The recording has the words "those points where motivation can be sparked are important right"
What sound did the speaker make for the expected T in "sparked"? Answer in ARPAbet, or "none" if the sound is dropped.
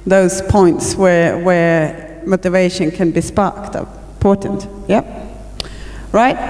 T